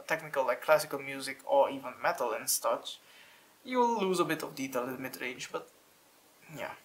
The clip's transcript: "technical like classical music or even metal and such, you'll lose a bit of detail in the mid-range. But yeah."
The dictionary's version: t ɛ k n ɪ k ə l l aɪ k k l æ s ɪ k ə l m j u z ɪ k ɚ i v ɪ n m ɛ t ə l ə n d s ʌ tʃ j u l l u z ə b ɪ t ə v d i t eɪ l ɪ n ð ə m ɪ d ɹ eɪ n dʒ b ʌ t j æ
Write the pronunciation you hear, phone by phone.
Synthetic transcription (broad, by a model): t ɛ k n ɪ k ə l l aɪ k k l æ s ɪ k ə l m j u z ɪ k ɚ i v ɪ n m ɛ t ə l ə n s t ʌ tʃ j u w l u z ə b ɪ t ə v d i t eɪ l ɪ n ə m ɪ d ɹ eɪ n dʒ b ʌ t j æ